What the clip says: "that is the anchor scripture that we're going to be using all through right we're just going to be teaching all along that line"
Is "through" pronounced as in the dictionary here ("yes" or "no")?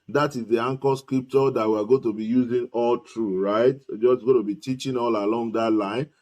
no